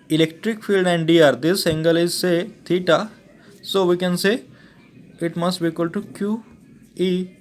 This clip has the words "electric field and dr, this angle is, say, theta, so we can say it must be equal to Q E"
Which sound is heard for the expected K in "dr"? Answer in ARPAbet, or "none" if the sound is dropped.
none